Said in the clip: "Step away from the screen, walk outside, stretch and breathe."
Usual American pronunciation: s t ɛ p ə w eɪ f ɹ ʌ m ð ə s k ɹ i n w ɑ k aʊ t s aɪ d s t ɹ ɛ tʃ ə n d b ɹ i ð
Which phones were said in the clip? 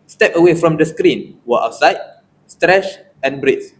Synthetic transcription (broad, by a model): s t ɛ p ə w eɪ f ɹ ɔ m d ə s k ɹ i n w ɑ aʊ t s aɪ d s t ɹ ɛ tʃ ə n b ɹ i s